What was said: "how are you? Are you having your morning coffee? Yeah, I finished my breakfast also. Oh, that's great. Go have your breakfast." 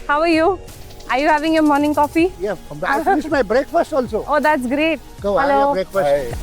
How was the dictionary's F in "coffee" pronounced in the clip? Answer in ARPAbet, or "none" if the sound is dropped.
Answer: F